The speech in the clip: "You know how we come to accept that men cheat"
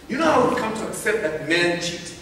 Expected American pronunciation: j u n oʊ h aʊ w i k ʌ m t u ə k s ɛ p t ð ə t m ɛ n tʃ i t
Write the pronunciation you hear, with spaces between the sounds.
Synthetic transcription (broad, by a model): j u n oʊ h aʊ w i k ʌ m t u ə k s ɛ p t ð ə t m ɛ n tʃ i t